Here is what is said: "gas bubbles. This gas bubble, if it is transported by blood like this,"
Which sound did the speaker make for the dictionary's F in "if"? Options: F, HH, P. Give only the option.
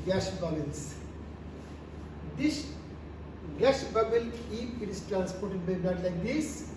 P